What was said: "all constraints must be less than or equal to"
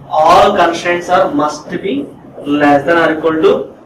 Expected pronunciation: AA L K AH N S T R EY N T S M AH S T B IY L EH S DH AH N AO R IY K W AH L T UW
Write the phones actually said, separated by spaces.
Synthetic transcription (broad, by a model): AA L K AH N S T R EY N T S M AH S T B IY L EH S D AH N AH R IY K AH N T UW